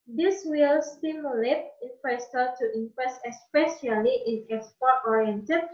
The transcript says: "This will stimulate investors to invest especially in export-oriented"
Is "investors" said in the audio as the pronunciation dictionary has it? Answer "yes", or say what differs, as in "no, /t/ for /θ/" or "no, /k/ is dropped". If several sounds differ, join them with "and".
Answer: no, /f/ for /v/